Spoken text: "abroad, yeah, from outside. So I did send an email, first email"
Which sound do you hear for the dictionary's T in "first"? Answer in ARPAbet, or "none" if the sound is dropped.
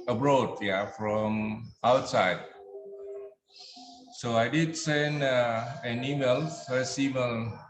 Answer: none